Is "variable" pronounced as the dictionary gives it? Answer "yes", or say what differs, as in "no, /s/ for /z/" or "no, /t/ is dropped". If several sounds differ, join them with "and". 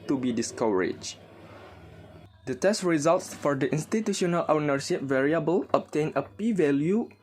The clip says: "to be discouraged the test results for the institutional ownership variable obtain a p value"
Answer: yes